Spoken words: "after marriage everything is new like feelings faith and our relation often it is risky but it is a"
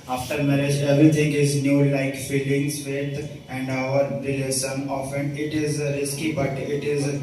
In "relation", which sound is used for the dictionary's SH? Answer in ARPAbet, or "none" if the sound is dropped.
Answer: S